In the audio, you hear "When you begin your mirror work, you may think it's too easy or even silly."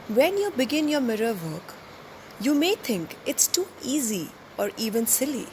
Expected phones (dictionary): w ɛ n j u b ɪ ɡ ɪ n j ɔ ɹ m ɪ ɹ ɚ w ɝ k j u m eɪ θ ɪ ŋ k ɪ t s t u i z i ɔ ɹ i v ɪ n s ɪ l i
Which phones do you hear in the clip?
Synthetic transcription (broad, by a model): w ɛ n j u b ɪ ɡ ɪ n j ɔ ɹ m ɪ ɹ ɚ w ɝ k j u m eɪ t ɪ ŋ k ɪ t s t u i z i ɔ ɹ i v ɪ n s ɪ l i